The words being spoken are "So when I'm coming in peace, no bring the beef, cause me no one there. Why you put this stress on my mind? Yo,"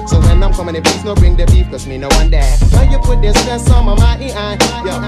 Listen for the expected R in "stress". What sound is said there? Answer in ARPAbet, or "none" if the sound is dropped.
none